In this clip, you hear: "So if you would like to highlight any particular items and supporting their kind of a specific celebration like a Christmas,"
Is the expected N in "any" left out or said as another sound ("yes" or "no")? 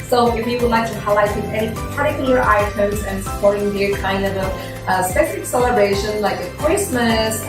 yes